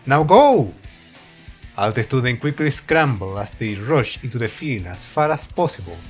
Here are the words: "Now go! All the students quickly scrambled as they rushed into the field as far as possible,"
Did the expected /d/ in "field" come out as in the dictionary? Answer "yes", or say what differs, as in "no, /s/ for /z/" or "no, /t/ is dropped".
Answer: no, /d/ is dropped